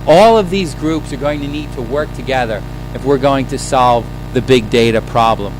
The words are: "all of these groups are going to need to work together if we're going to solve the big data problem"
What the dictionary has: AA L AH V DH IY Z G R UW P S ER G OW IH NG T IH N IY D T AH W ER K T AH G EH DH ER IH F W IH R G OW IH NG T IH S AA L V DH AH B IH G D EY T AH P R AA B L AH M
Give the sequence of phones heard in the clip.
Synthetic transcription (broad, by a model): AA L AH V DH IY Z G R UW P S ER G OW IH NG T IH N IY D T AH W ER K T AH G EH DH ER IH F W IH R G OW IH NG T IH S AA L V DH AH B IH G D EY T AH P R AA B L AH M